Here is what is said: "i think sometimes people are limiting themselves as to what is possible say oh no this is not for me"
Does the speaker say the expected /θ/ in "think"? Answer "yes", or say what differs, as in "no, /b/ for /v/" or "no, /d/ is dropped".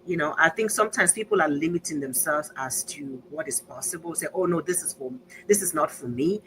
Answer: yes